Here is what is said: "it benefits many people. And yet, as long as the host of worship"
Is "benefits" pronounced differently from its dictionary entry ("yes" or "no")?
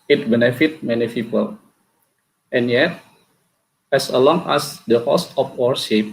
yes